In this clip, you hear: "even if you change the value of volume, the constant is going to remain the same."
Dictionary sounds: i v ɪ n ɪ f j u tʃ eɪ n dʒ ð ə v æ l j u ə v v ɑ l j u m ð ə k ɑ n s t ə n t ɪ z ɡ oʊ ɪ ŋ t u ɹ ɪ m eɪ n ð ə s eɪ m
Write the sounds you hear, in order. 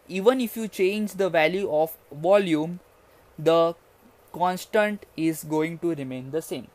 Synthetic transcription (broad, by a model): i v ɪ n ɪ f j u tʃ eɪ n dʒ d ə v æ l j u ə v v ɑ l j u m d ə k ɑ n s t ə n t ɪ z ɡ oʊ ɪ ŋ t u ɹ ɪ m eɪ n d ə s eɪ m